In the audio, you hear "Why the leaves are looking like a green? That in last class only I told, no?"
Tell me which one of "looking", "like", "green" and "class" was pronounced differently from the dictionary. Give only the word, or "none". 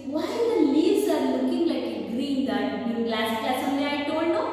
class